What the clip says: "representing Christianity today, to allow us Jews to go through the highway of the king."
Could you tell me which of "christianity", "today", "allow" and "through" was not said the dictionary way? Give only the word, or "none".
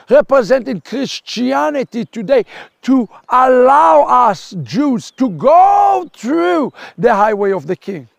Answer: none